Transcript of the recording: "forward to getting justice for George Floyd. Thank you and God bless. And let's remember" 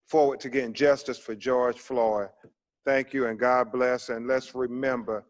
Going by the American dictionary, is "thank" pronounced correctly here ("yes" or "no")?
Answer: yes